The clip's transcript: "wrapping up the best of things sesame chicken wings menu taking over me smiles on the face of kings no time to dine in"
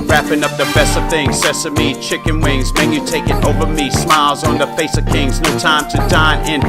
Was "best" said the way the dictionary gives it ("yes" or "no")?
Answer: yes